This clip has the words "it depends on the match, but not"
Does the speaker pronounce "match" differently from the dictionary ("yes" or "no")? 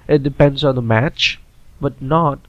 no